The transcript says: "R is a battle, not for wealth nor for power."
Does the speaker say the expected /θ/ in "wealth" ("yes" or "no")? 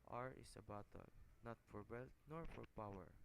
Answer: no